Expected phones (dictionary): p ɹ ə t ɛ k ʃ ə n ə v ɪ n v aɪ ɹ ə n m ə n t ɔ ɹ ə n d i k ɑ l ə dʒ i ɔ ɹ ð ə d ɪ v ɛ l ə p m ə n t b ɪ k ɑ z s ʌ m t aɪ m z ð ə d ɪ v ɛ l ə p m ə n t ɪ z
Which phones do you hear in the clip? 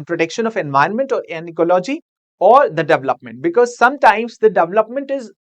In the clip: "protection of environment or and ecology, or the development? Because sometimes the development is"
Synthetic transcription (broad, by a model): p ɹ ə t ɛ k ʃ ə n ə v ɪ n v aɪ ə n m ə n t ɔ ɹ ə n i k ɑ l ə dʒ i ɔ ɹ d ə d ɪ v ɛ l ə p m ə n t b ɪ k ɑ z s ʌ m t aɪ m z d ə d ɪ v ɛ l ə p m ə n t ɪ z